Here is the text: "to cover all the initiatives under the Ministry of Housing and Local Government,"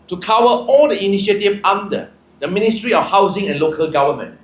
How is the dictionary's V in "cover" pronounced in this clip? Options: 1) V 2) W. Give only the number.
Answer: 2